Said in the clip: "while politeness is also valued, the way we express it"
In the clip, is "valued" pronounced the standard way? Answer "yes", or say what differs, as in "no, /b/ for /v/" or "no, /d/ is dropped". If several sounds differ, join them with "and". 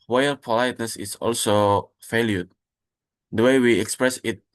no, /f/ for /v/